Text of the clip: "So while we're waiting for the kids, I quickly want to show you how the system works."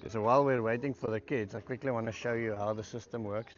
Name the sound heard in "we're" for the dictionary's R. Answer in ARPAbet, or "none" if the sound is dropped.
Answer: R